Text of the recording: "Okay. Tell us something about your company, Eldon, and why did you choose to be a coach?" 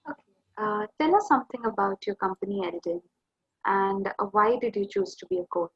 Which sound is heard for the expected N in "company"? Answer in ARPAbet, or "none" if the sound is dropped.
N